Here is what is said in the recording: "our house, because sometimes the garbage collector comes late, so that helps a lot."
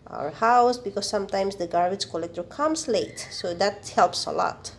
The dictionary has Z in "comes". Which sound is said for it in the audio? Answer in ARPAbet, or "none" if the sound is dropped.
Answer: S